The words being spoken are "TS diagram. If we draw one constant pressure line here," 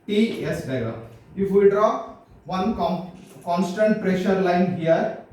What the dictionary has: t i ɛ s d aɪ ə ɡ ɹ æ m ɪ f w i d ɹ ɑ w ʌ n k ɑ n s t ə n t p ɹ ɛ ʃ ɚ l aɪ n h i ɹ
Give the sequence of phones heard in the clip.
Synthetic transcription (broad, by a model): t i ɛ s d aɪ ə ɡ ʌ ɪ f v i d ɹ ɑ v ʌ n k ɑ n s t ə n t p ɹ ɛ ʃ ɚ l aɪ n h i ɹ